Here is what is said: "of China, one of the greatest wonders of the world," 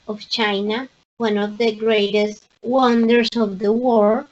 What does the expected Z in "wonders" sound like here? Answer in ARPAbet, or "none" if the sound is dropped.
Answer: S